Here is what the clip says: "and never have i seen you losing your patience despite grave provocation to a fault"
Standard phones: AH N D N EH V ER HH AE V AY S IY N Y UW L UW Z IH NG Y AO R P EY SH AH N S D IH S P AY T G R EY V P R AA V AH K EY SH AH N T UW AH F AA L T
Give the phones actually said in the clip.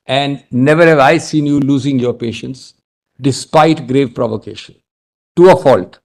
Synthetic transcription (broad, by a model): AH N D N EH V ER HH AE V AY S IY N Y UW L UW Z IH NG Y AO R P EY SH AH N S D IH S P AY T G R EY V P R AA V AH K EY SH AH N T UW AH F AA L T